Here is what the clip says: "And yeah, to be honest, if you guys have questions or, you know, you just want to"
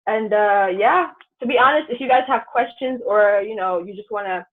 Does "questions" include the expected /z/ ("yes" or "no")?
yes